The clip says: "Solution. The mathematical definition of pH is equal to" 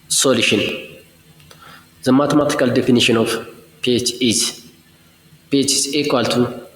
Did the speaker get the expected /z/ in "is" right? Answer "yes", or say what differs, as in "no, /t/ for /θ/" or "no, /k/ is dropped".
no, /s/ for /z/